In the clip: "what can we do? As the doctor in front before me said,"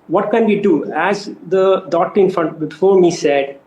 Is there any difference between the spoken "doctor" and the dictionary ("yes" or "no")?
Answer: yes